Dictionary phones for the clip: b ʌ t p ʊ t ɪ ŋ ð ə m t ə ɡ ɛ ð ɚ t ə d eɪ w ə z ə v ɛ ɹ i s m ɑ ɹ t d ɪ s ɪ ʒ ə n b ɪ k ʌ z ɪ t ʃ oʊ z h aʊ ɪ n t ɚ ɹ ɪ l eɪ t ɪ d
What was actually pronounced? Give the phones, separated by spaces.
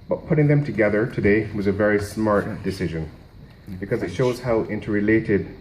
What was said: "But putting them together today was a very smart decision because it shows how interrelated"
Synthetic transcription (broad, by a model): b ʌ t p ʊ t ɪ ŋ ð ə m t ə ɡ ɛ ð ɚ t ə d eɪ w ə z ə v ɛ ɹ i s m ɑ ɹ t d ɪ s ɪ ʒ ə n b ɪ k ʌ z ɪ t ʃ oʊ z h aʊ ɪ n t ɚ ɹ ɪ l eɪ t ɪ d